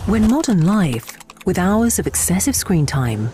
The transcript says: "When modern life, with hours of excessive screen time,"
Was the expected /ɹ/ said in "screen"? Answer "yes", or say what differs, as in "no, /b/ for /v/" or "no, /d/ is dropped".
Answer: yes